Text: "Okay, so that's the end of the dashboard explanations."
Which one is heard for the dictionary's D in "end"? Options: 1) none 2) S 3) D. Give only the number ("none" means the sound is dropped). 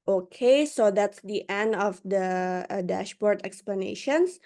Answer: 3